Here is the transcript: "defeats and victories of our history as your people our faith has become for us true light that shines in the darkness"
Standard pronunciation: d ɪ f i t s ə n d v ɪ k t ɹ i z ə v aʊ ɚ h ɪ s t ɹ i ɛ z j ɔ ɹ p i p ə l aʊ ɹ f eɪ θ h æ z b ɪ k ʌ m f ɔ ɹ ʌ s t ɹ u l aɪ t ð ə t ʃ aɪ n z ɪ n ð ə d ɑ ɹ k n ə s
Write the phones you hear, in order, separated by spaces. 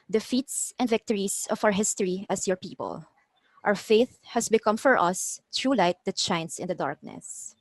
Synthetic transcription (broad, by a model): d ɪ f i t s ə n d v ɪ k t ɹ i s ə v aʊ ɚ h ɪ s t ɹ i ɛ s j ɔ ɹ p i p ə l aʊ ɹ f eɪ θ h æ s b ɪ k ʌ m f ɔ ɹ ʌ s t ɹ u l aɪ t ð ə t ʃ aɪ n s ɪ n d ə d ɑ ɹ k n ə s